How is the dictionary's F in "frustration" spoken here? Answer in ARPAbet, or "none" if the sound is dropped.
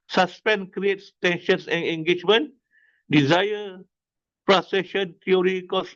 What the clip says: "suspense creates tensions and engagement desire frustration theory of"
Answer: P